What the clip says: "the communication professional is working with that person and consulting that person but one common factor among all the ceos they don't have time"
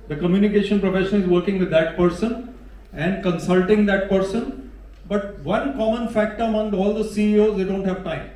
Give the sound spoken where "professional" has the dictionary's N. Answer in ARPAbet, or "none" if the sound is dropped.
none